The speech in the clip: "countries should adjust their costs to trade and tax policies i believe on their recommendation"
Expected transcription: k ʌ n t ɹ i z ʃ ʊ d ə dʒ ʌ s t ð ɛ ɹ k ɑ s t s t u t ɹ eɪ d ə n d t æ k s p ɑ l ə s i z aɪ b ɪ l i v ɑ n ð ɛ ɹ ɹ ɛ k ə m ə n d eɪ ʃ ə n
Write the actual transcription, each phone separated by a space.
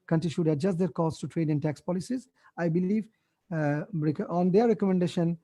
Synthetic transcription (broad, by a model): k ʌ n t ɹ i ʃ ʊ d ə dʒ ʌ s t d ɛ ɹ k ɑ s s t u t ɹ eɪ d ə n t æ k s p ɑ l ə s i z aɪ b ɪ l i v ɑ n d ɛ ɹ ɹ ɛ k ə m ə n d eɪ ʃ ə n